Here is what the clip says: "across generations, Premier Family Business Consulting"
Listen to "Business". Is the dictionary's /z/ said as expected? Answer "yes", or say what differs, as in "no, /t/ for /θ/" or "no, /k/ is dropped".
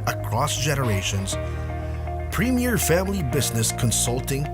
yes